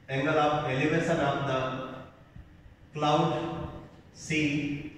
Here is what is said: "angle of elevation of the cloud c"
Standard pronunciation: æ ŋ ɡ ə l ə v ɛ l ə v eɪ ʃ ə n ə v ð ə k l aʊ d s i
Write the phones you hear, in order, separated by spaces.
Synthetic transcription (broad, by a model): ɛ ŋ ɡ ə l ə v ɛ l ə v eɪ s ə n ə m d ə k l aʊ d s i